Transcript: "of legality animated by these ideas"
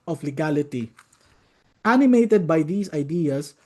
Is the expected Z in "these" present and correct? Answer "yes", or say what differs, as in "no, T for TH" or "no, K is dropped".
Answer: no, S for Z